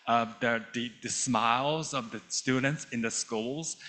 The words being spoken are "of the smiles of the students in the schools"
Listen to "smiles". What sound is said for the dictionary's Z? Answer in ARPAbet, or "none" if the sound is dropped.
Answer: Z